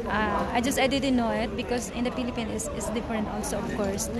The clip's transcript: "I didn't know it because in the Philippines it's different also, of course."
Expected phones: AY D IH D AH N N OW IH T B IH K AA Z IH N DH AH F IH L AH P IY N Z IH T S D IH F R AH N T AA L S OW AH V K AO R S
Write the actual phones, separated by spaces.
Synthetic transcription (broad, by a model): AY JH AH D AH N N OW IH T B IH K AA S IH N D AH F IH L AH P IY N S IH T S D IH F R AH N T AA L S OW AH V K AO R S